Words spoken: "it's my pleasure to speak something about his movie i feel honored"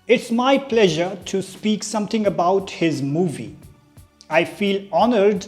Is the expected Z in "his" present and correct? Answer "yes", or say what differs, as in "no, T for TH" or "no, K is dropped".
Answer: yes